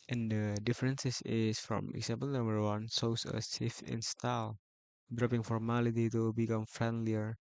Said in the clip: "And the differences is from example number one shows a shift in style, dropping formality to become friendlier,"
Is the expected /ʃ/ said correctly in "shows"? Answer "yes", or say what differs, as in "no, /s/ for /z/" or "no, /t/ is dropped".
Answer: no, /s/ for /ʃ/